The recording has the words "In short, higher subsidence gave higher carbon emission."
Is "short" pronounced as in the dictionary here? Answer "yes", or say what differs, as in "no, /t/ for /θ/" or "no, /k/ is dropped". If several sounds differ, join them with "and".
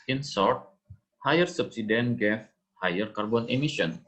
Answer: no, /s/ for /ʃ/